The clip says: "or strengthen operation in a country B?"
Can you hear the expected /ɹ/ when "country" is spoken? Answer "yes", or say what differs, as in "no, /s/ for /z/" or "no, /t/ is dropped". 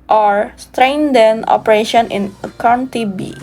no, /ɹ/ is dropped